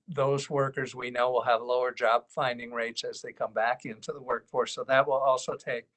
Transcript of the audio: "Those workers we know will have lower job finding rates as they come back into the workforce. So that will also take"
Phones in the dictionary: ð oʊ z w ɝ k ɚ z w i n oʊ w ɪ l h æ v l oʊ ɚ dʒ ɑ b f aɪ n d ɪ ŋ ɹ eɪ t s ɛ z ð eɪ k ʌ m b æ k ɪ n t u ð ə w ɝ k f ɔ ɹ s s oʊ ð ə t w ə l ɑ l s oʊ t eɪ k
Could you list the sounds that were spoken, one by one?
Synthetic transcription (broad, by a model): ð oʊ z w ɝ k ɚ z w i n oʊ w ɪ l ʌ v l oʊ ɚ dʒ ɑ b f aɪ n d ɪ ŋ ɹ eɪ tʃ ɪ z ð eɪ k ʌ m b æ k ɪ n t u ð ə w ɝ k f ɔ ɹ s s oʊ ð ə t w ə l ɑ l s oʊ t eɪ k